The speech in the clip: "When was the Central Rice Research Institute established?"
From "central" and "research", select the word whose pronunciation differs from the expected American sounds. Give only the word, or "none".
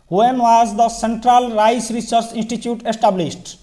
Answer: research